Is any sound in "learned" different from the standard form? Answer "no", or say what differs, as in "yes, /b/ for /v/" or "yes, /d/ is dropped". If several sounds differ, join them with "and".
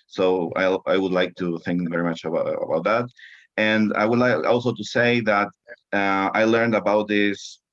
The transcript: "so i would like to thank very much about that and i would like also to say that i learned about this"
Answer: no